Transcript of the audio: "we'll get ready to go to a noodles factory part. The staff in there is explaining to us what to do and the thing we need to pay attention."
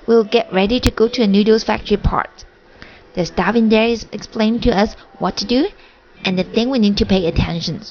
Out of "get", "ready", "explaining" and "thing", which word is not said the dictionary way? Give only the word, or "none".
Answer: explaining